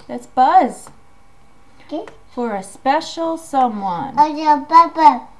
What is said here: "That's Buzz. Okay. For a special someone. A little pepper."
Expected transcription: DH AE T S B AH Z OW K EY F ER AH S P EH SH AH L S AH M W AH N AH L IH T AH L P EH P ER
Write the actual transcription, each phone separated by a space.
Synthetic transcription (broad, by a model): DH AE T S B AH Z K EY F ER AH S P EH SH L S AH M W AH N AH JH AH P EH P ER